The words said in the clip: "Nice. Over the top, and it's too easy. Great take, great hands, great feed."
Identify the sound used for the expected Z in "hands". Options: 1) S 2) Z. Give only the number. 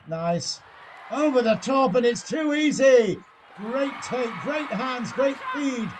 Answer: 2